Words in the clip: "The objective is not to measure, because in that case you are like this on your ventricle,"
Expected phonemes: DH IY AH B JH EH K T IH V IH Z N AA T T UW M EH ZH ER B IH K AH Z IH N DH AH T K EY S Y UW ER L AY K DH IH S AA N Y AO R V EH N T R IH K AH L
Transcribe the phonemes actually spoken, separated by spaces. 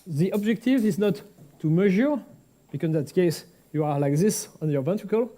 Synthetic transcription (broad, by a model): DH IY AH B JH EH K T IH V IH Z N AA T T UW M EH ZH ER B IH K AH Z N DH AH T K EY S Y UW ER L AY K DH IH S AA N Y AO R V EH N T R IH K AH L